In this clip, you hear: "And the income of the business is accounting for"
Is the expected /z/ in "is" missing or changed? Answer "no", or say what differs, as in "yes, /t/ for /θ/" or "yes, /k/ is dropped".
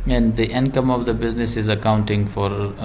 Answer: no